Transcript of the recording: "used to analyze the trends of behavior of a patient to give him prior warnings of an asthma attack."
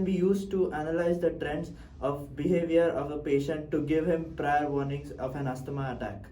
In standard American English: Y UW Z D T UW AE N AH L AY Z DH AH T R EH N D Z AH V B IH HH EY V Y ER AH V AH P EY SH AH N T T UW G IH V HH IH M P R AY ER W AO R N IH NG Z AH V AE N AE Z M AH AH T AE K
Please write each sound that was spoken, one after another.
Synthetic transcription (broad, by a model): Y UW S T T UW AE N AH L AY Z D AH T R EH N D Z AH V B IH HH EY V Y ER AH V AH P EY SH AH N T T UW G IH V HH IH M P R AY ER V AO R N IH NG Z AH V AE N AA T M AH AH T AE K